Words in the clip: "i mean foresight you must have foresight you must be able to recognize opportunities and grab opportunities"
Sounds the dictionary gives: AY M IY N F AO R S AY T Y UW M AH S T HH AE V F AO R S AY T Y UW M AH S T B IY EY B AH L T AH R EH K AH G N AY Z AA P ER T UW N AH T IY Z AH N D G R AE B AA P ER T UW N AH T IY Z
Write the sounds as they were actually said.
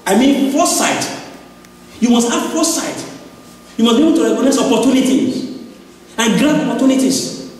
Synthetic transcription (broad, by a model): AY M IY N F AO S AY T Y UW M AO S T HH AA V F AO S AY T Y UW M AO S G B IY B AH T AH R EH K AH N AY S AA P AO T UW N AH T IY AH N G R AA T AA P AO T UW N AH T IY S